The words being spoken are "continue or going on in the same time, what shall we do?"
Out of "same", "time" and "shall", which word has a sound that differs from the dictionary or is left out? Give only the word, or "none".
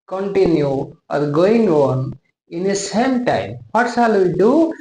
shall